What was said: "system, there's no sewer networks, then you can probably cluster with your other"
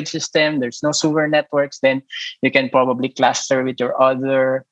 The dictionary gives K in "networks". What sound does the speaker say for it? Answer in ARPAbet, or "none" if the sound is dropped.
K